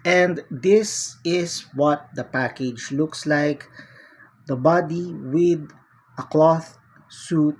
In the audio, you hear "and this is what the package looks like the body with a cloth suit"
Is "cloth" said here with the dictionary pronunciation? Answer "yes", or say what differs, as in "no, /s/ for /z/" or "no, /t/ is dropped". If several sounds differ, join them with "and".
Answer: yes